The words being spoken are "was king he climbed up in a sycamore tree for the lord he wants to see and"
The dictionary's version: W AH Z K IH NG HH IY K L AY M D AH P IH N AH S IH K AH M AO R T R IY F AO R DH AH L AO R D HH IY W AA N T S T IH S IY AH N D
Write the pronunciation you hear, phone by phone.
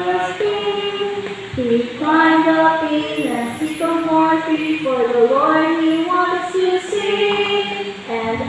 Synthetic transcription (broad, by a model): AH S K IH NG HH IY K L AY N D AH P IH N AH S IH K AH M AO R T IY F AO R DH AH W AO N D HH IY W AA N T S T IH S IY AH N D